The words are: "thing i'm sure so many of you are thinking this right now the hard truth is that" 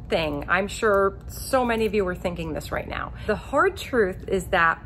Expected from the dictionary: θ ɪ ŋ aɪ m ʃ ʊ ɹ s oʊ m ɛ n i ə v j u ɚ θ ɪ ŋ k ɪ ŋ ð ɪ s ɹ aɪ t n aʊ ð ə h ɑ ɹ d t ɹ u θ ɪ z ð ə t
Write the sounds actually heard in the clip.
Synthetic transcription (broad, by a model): θ ɪ ŋ aɪ m ʃ ʊ ɹ s oʊ m ɛ n i ə v j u ɚ θ ɪ ŋ k ɪ ŋ ð ɪ s ɹ aɪ t n aʊ ð ə h ɑ ɹ d t ɹ u θ ɪ z ð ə t